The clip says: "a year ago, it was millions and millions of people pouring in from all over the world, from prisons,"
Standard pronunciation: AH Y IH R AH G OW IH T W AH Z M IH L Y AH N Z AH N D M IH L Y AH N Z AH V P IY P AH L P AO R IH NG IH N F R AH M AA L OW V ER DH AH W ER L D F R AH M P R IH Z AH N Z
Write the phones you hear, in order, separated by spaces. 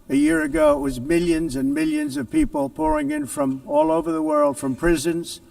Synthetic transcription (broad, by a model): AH Y IH R AH G OW IH T W AH Z M IH L Y AH N Z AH N M IH L Y AH N Z AH V P IY P AH L P AO R IH NG IH N F R AH M AA L OW V ER DH AH W ER L D F R AH M P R IH Z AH N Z